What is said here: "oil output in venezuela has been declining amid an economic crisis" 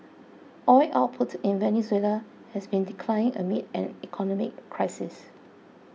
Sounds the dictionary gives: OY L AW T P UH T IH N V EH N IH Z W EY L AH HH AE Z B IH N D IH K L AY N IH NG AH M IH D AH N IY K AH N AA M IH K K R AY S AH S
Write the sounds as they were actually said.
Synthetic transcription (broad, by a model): OY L AW T P UH T IH N V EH N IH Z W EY L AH HH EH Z B IH N D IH K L AY IH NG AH M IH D AH N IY K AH N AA M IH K K R AY S AH S